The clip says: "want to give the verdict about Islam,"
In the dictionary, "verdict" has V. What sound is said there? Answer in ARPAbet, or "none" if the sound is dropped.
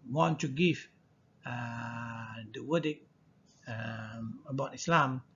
W